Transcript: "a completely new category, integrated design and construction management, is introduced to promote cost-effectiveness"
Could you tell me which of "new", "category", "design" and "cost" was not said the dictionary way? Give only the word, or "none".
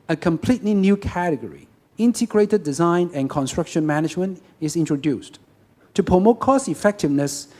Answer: cost